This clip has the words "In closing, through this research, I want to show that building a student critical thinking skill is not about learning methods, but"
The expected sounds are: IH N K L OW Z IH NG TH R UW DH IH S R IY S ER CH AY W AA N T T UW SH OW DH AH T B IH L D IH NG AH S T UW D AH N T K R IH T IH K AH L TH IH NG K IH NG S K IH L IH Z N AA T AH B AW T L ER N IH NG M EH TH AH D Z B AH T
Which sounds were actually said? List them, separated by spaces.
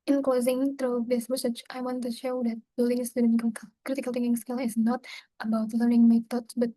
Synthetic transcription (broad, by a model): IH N K L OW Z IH NG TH R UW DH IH S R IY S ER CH AY W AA N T T UW SH OW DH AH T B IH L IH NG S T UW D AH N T K R IH T IH K AH L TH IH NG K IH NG S K IH L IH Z N AA T AH B AW T L ER N IH NG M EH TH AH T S B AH T